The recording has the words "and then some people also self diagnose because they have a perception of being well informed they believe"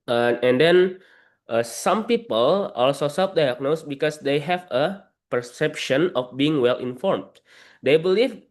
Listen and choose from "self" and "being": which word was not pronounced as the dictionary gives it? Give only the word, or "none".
self